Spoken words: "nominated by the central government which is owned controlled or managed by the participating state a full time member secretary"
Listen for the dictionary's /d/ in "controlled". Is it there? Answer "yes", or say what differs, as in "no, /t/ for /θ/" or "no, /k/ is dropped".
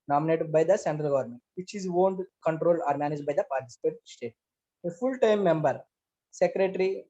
no, /d/ is dropped